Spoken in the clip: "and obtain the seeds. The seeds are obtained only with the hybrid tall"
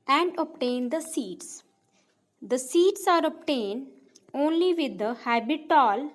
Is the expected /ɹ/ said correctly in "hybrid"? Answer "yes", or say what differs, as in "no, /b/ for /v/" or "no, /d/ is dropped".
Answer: no, /ɹ/ is dropped